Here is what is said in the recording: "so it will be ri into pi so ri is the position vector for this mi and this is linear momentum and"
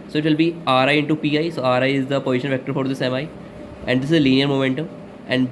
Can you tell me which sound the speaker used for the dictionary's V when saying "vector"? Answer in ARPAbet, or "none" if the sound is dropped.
V